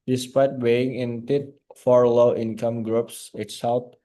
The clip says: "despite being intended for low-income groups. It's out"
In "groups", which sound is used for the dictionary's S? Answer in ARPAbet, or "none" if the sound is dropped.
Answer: S